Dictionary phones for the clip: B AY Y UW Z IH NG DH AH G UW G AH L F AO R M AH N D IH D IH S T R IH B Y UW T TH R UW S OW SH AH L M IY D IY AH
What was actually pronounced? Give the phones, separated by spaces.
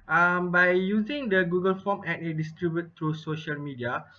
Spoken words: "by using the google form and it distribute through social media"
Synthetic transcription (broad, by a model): B AY Y UW Z IH NG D AH G UW G AH L F AO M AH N IH D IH S T R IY B Y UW T T R UW S OW SH AH L M IY D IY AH